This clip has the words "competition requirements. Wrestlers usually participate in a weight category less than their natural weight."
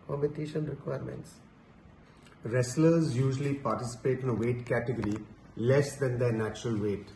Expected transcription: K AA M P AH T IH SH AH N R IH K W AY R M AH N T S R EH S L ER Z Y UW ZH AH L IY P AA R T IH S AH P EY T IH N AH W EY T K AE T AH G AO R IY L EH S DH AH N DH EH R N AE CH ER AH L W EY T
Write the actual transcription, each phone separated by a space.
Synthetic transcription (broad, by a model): K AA M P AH T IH SH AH N R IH K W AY R M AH N T S R EH S L ER Z Y UW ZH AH L IY P AA R T IH S AH P EY T IH N AH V EY T K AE T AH G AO R IY L EH S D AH N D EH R N AE CH ER AH L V EY T